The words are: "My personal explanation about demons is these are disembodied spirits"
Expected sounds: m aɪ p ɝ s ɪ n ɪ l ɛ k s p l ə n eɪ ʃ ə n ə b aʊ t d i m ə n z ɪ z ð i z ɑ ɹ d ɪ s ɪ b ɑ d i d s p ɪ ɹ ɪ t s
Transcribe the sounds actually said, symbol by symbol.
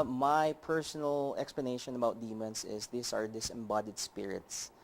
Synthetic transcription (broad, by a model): m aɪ p ɝ s ɪ n ɪ l ɛ k s p l ə n eɪ ʃ ə n ə b aʊ t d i m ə n s ɪ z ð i s ɑ ɹ d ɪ s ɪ b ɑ d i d s p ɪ ɹ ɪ t s